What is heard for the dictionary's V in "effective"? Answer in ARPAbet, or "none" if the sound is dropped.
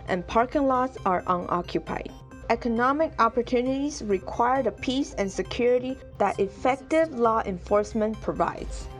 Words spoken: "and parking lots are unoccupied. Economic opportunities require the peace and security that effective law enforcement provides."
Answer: V